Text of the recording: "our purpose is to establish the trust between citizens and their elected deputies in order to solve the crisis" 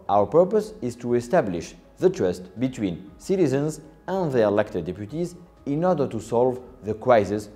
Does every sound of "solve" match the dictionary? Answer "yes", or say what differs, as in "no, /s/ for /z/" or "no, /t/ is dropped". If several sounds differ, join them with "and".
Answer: yes